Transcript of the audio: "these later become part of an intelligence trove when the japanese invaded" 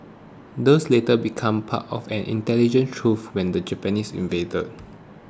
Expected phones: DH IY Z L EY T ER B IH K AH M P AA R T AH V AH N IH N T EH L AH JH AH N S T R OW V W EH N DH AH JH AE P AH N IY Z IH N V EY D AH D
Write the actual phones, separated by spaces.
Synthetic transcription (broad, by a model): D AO S L EY T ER B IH K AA M P AA T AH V AH N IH N T EH L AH JH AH N T R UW F W EH N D AH JH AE P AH N IY S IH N V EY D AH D